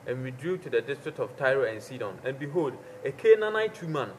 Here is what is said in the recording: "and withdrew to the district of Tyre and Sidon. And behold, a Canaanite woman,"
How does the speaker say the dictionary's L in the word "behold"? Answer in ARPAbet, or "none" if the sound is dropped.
L